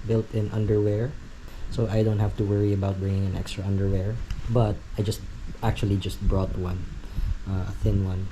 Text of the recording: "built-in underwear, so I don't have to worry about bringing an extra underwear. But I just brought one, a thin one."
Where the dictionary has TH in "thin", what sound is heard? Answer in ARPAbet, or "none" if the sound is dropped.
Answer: TH